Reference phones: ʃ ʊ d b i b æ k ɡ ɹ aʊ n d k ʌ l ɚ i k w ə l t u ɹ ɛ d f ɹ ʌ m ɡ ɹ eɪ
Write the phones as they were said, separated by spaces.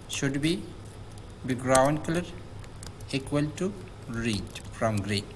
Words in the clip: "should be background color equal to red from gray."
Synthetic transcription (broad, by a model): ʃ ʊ d b i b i ɡ ɹ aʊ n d k ʌ l ɚ i k w ə l t u ɹ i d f ɹ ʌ m ɡ ɹ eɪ